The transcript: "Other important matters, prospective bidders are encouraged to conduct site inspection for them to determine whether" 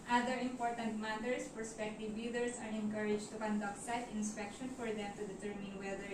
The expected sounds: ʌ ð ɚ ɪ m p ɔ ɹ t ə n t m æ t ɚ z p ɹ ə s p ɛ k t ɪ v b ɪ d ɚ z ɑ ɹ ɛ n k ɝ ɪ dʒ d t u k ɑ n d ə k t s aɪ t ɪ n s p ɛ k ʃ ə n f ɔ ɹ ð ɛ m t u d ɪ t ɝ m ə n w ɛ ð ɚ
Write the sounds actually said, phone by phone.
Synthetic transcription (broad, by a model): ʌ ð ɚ ɪ m p ɔ ɹ t ə n t m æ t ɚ s p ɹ s p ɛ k t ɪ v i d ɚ s ɑ ɹ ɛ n k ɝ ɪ dʒ t u k ɑ n d ə k t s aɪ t ɪ n s p ɛ k ʃ ə n f ɔ ɹ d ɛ m t u d ɪ t ɝ m ə n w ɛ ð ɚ